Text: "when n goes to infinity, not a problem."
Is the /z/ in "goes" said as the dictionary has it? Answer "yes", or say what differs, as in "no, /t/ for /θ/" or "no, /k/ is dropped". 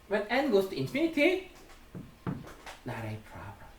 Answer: no, /s/ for /z/